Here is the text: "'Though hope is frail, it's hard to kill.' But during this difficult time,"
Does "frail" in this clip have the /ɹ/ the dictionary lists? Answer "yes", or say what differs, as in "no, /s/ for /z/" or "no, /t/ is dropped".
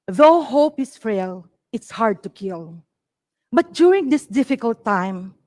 no, /ɹ/ is dropped